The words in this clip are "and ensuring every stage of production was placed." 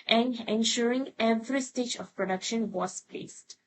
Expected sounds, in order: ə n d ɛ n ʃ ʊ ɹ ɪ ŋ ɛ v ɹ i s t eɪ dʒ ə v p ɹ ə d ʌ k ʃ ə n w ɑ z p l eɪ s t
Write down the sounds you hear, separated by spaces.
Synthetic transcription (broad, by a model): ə n d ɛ n ʃ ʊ ɹ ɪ ŋ ɛ v ɹ i s t eɪ dʒ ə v p ɹ ə d ʌ k ʃ ə n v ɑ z p l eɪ s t